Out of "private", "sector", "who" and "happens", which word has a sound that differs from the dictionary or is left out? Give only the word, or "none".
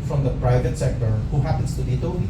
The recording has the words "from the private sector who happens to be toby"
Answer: happens